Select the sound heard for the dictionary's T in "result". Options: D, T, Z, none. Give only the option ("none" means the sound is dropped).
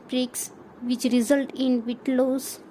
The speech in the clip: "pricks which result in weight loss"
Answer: T